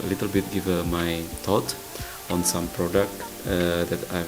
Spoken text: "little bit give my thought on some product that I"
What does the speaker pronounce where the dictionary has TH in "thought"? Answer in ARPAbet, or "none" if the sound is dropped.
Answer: T